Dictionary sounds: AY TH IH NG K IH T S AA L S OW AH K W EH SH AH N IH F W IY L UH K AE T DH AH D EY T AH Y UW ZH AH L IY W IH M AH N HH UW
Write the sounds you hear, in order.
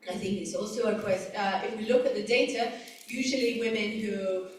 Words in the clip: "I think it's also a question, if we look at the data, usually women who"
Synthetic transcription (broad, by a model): AY TH IH NG K IH T S AA L S OW AH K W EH S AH IH F W IY L UH K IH T DH AH D EY T AH Y UW ZH AH L IY W IH M AH N HH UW